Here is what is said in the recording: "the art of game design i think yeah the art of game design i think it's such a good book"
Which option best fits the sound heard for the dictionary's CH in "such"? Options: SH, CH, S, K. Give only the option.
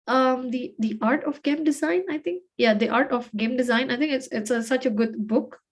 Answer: CH